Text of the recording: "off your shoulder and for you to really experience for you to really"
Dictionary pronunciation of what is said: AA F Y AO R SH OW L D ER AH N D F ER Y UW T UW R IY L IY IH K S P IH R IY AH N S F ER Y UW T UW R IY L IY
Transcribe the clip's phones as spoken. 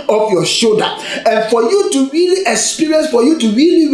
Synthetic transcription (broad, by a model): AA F Y AO SH OW D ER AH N F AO Y UW T UW R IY L IY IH K S P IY R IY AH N S F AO Y UW T UW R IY L IY